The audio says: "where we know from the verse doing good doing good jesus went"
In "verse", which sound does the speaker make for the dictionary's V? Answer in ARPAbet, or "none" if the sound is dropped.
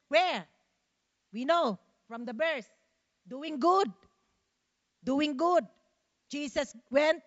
B